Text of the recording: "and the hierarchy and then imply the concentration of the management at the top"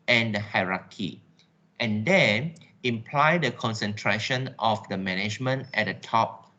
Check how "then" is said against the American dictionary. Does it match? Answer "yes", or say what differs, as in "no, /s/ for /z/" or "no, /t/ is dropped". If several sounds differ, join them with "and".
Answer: no, /n/ is dropped